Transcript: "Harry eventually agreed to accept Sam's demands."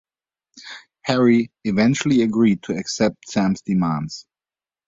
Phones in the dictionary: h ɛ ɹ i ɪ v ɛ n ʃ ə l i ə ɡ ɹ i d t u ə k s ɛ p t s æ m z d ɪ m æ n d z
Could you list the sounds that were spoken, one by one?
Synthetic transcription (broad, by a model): h ɛ ɹ i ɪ v ɛ n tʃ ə l i ə ɡ ɹ i d t u ə k s ɛ p t s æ m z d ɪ m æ n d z